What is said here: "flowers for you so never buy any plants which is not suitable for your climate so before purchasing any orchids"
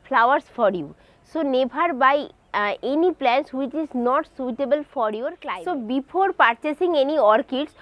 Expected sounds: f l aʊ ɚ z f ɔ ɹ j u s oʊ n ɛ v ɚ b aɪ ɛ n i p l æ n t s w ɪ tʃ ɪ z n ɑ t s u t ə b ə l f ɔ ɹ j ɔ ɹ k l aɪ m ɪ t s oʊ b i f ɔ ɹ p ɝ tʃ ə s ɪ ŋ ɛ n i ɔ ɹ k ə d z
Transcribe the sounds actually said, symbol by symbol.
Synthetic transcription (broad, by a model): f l aʊ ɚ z f ɔ ɹ j u s oʊ n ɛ b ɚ b aɪ ɛ n i p l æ n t s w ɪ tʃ ɪ z n ɑ t s u t ə b ə l f ɔ ɹ j ɔ ɹ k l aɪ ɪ s oʊ b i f ɔ ɹ p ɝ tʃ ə s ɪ ŋ ɛ n i ɔ ɹ k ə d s